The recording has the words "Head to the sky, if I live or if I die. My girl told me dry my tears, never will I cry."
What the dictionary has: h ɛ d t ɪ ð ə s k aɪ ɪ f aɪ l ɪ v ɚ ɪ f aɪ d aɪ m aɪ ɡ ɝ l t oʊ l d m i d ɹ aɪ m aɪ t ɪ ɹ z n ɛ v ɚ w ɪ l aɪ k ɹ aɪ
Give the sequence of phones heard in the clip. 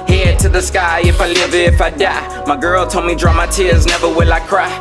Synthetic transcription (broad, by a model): h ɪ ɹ t ɪ ð ə s k aɪ ɪ f aɪ l ɪ v ɪ f aɪ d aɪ m aɪ ɡ ɝ l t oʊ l m i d ɹ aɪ m aɪ t ɪ ɹ z n ɛ v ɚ w ɪ l aɪ k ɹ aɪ